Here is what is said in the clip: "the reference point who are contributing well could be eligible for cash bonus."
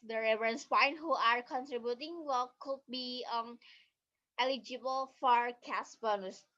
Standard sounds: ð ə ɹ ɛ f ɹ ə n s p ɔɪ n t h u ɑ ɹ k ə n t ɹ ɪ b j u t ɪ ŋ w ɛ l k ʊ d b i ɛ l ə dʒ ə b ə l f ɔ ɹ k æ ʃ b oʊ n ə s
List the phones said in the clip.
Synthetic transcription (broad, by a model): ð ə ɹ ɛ ɹ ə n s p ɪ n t h u ɑ ɹ k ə n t ɹ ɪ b j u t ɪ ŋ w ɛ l k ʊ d b i ɛ l ə dʒ ə b ə l f ɔ ɹ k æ s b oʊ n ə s